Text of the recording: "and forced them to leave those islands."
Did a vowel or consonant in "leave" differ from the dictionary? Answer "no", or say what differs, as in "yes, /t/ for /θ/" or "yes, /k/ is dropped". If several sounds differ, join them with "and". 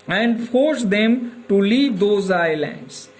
no